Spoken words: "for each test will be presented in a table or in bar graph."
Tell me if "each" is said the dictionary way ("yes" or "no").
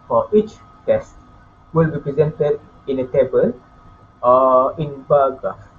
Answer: yes